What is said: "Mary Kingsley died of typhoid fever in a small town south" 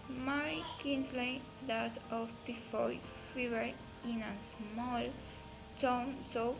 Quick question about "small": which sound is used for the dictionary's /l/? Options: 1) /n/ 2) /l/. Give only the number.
2